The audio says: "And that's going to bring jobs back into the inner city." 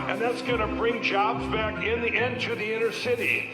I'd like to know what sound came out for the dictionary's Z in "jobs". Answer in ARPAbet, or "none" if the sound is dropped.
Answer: Z